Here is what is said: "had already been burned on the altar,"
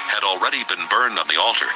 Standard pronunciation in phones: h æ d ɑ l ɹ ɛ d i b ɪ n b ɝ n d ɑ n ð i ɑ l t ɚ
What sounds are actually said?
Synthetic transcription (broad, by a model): h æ d l ɹ ɛ d i b ɪ n b ɝ n d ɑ n ð i ɑ l t ɚ